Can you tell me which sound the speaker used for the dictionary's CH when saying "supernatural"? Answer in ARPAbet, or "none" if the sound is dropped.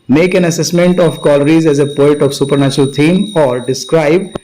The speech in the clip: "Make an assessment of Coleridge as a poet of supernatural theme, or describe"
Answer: CH